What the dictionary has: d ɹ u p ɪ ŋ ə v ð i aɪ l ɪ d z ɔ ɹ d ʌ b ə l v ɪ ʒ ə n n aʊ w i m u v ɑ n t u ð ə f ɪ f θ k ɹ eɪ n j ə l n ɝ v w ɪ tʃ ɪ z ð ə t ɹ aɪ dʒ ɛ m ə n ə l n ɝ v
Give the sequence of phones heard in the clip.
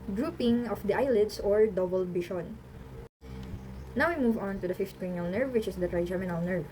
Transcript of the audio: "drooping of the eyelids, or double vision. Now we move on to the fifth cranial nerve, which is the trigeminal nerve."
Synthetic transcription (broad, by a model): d ɹ u p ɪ ŋ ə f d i aɪ l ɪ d s ɔ ɹ d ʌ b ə l b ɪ ʃ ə n n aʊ w i m u v ɑ n t u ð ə f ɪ f t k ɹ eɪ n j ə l n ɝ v w ɪ tʃ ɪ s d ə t ɹ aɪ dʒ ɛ m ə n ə l n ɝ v